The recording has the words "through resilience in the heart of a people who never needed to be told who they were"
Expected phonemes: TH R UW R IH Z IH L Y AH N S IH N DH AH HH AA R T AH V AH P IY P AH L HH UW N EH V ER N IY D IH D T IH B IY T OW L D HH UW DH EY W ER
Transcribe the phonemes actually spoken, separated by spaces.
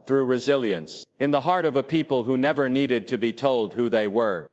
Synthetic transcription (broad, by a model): TH R UW R IH Z IH L Y AH N S IH N DH AH HH AA R T AH V AH P IY P AH L HH UW N EH V ER N IY D IH D T IH B IY T OW L D HH UW DH EY W ER